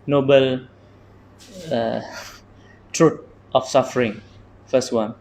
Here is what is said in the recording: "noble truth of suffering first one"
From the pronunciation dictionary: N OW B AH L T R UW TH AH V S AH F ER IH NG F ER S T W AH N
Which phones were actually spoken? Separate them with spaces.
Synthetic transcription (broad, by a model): N OW B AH L T R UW T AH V S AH F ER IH NG F ER S T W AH N